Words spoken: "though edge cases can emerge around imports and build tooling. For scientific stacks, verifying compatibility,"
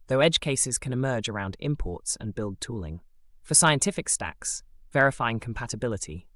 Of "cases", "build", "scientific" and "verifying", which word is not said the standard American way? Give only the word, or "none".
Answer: none